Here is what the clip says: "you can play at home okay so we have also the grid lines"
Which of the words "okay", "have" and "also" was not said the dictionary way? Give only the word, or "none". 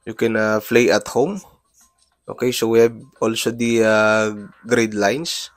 have